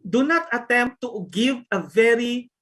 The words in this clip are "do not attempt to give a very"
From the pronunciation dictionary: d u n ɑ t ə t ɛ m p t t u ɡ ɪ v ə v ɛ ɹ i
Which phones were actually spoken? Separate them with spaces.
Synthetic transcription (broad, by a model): d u n ɑ t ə t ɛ m p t t u ɡ ɪ v ə v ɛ ɹ i